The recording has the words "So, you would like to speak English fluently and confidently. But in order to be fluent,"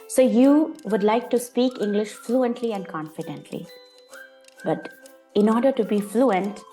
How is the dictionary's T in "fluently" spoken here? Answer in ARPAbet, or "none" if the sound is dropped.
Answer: T